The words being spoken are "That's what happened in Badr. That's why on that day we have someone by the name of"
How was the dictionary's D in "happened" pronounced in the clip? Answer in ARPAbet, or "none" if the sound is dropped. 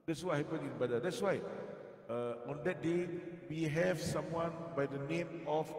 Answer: none